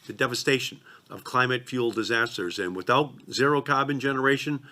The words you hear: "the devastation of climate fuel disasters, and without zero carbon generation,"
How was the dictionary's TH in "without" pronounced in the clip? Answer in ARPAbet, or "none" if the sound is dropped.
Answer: TH